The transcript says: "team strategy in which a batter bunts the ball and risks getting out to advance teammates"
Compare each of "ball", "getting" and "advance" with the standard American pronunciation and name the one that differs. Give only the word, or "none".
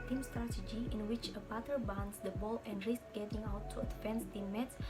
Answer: advance